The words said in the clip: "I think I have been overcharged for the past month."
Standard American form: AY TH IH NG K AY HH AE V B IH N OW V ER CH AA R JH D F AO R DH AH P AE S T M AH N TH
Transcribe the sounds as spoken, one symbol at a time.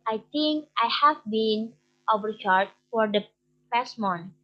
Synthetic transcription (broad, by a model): AY T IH NG K AY HH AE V B IH N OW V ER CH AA R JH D F AO R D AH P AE S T M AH N